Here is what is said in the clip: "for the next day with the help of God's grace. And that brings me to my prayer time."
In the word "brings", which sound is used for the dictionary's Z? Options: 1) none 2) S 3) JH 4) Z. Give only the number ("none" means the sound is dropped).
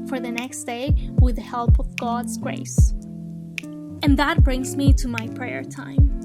4